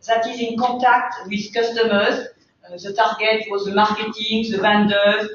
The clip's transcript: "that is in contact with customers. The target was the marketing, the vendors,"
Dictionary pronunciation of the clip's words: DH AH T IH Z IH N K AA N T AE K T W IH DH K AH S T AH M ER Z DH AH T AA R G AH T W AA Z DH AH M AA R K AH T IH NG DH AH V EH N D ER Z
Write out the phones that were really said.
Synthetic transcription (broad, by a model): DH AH T IH Z IH N K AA T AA K T W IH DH K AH S T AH M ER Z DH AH T AA R G AH T W AA Z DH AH M AA R K AH T IH NG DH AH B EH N D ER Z